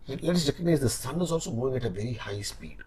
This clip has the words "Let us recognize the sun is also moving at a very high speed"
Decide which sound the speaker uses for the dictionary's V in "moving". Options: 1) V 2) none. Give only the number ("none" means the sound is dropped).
2